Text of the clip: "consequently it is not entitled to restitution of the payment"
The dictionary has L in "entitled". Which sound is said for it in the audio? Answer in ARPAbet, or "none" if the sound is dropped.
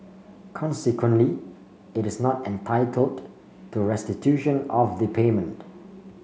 L